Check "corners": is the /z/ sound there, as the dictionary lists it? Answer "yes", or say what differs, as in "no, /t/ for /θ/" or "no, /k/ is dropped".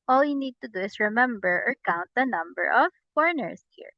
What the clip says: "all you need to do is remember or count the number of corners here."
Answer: no, /s/ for /z/